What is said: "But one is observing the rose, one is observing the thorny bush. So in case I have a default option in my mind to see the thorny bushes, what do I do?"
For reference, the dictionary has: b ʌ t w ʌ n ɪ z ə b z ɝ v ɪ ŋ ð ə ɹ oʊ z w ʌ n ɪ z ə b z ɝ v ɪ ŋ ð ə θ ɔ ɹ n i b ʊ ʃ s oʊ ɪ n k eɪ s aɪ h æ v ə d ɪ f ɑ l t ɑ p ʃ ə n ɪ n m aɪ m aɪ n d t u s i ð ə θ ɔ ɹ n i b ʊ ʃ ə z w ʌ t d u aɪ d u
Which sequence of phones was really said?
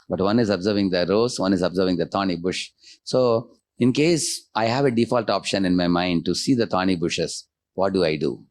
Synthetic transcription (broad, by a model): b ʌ t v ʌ n ɪ z ə b z ɝ v ɪ ŋ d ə ɹ oʊ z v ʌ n ɪ z ə b z ɝ v ɪ ŋ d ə t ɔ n i b ʊ ʃ s oʊ ɪ n k eɪ s aɪ h æ v ə d ɪ f ɑ l t ɑ p ʃ ə n ɪ n m aɪ m aɪ n d t u s i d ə t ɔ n i b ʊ ʃ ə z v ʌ t d u aɪ d u